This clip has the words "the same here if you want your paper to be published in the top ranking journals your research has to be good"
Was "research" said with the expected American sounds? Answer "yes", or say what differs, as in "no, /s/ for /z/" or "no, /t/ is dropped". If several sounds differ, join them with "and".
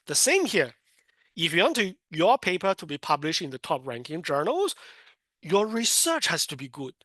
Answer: yes